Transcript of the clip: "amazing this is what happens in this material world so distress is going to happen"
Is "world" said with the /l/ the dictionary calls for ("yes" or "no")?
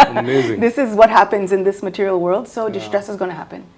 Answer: yes